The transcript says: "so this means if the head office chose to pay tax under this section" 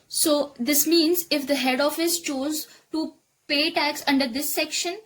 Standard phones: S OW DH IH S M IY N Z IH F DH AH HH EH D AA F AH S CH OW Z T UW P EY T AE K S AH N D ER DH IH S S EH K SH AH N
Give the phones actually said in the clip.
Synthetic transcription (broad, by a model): S OW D IH S M IY N Z IH F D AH HH EH D AA F AH S CH OW Z T UW P EY T AE K S AH N D ER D IH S S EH K SH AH N